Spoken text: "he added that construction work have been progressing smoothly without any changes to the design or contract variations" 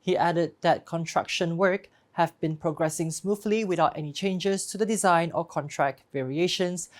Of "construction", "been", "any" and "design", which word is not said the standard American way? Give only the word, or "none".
construction